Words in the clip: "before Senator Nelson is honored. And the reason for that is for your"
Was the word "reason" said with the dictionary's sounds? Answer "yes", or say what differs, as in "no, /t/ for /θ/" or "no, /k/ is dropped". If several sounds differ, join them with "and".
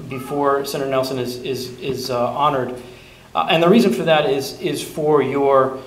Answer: yes